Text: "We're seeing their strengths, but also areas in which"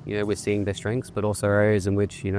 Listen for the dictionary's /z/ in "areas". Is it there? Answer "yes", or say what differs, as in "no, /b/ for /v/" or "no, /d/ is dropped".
yes